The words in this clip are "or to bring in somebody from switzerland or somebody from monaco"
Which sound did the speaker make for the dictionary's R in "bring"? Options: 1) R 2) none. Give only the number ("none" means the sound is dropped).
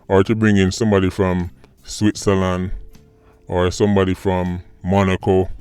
1